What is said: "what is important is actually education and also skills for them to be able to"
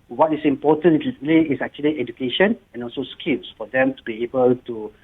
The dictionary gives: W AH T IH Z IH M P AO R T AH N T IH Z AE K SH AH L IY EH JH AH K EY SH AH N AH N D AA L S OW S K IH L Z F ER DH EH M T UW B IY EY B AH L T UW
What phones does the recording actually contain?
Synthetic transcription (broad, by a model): W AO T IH S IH M P AO T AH N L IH S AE K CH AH L IY EH JH AH K EY SH AH N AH N AA L S OW S K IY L S F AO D EH M T UW B IY EY B AH L T UW